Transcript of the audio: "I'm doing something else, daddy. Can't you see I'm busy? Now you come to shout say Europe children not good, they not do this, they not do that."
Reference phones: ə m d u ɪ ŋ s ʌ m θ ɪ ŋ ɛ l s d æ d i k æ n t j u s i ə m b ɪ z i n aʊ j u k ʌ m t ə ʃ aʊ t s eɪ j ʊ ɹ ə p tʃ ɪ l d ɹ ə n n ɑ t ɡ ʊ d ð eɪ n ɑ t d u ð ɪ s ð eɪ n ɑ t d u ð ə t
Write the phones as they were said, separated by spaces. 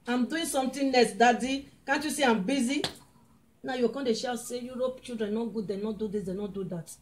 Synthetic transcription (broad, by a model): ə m d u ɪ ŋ s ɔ m t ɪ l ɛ s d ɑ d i k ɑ n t j u s i ə m b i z i n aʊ j u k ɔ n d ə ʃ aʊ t s eɪ j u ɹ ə p tʃ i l d ɹ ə n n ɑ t ɡ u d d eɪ n ɑ t d u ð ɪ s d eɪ n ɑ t d u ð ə t